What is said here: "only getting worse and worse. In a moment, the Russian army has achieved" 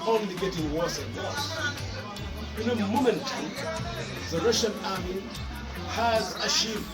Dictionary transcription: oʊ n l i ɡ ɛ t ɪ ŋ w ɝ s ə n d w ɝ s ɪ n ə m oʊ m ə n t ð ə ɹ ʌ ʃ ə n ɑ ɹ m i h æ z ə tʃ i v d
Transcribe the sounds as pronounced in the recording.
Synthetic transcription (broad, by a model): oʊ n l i ɡ ɛ t ɪ ŋ w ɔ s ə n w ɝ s ɪ n ə m oʊ m ə n t ð ə ɹ ʌ ʃ ə n ɑ ɹ m i h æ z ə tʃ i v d